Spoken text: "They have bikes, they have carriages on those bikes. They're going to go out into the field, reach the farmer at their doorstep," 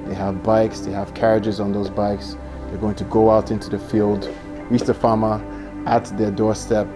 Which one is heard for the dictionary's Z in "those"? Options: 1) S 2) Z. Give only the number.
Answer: 2